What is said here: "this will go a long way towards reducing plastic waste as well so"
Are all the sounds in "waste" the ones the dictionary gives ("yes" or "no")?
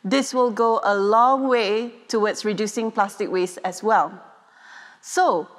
no